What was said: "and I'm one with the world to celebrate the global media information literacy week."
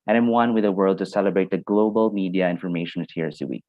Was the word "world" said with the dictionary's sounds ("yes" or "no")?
yes